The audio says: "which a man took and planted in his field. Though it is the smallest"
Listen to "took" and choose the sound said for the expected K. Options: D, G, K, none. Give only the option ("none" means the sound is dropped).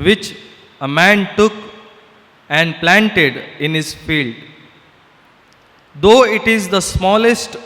K